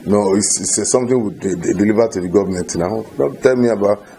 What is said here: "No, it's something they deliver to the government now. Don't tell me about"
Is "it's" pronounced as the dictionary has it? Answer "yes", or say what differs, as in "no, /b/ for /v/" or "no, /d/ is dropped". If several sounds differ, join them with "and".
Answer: no, /s/ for /t/